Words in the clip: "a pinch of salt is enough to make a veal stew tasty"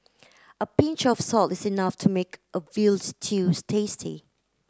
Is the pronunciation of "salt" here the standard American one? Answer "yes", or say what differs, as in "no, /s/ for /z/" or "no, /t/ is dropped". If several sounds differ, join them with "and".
yes